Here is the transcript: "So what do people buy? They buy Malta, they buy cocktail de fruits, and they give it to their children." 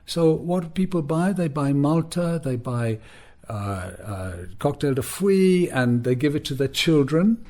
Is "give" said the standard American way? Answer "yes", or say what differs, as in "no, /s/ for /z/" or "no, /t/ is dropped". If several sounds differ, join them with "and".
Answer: yes